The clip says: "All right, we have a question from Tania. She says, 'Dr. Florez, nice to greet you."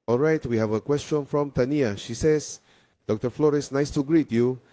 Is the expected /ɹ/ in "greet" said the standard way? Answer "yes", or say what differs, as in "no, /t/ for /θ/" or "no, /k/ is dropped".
yes